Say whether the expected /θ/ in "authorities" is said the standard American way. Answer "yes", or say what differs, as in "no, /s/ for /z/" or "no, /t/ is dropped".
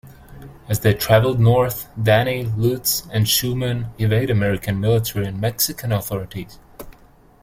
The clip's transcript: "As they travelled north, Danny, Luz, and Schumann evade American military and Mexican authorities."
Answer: yes